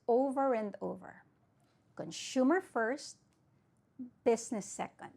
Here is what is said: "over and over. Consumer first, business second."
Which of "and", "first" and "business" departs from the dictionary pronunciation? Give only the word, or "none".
business